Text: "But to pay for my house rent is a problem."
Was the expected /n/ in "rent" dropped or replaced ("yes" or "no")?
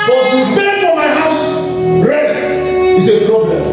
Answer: yes